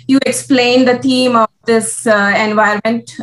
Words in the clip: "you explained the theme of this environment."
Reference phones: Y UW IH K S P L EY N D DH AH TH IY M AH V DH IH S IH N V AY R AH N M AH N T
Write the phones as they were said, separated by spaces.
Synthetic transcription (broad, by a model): Y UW IH K S P L EY N D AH T IY M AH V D IH S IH N V AY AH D M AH N T